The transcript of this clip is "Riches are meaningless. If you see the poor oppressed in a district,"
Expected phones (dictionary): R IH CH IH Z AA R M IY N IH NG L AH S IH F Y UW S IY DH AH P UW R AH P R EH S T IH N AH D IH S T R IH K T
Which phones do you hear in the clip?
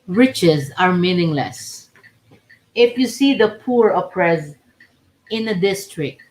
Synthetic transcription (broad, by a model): R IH CH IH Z AA R M IY N IH NG L AH S IH F Y UW S IY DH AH P UW R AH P R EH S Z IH N AH D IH S T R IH K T